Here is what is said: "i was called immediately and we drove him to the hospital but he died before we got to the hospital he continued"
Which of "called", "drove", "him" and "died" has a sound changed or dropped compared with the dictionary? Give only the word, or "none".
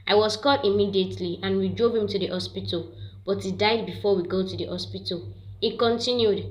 called